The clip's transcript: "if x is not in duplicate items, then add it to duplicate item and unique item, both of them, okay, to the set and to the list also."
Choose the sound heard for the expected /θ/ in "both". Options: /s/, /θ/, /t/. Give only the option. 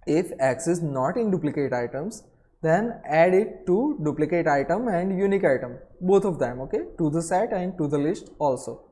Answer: /t/